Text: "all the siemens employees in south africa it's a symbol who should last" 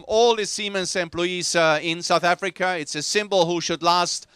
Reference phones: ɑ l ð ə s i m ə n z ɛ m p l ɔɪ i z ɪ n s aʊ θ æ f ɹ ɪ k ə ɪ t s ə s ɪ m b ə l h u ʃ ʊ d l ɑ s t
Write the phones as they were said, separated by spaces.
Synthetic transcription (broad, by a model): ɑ l ð ə s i m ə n s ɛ m p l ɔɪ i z ɪ n s aʊ θ æ f ɹ ɪ k ə ɪ t s ə s ɪ m b ə l h u ʃ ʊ d l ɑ s t